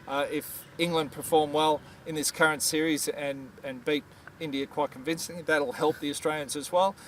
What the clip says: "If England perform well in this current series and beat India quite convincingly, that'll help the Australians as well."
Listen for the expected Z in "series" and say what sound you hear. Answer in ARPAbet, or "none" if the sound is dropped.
Z